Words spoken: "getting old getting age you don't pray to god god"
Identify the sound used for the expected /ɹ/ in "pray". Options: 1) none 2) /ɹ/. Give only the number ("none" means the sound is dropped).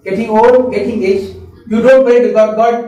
1